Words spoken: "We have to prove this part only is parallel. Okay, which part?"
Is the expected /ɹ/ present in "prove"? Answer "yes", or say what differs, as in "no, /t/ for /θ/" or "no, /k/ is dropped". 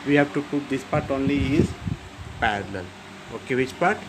no, /ɹ/ is dropped